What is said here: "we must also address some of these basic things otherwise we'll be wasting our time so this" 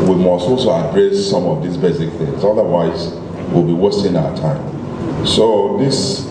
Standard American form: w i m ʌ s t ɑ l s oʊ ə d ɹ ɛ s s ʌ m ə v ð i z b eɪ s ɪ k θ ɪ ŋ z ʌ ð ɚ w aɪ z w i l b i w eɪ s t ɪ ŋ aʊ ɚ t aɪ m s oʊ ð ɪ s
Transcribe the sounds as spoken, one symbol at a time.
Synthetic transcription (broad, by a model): w i m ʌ s t ɑ l s oʊ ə d ɹ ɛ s s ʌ m ə v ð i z b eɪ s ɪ k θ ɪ ŋ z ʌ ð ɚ w aɪ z w i l b i w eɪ s t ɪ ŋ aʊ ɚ t aɪ m s oʊ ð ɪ s